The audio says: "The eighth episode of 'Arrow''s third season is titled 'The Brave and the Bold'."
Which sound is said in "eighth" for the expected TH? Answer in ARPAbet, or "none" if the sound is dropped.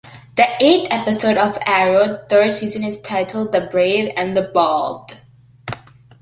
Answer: T